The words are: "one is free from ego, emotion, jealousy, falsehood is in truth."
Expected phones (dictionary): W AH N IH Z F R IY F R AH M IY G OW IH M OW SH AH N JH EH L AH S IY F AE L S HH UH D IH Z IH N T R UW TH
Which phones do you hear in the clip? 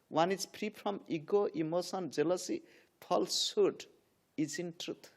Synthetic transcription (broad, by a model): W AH N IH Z P R IY P R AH M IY G OW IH M OW S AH N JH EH L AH S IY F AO L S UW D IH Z IH N T R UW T